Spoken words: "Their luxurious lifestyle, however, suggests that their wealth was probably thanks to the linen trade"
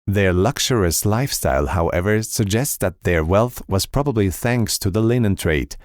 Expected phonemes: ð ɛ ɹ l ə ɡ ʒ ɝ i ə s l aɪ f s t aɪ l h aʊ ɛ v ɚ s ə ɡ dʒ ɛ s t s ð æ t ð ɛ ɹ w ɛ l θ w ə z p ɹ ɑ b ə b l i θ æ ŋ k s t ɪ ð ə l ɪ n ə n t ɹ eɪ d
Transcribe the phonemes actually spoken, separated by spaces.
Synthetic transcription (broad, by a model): ð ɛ ɹ l ə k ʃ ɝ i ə s l aɪ f s t aɪ l h aʊ ɛ v ɚ s ə ɡ dʒ ɛ s t s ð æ t ð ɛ ɹ w ɛ l θ w ə z p ɹ ɑ b ə b l i θ æ ŋ k s t ɪ ð ə l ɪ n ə n t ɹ eɪ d